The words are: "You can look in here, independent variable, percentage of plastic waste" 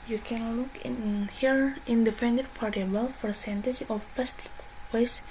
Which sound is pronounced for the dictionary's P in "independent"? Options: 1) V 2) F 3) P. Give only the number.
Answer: 2